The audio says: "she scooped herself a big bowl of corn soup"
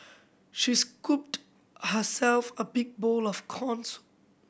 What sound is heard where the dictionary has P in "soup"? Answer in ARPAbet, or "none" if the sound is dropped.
none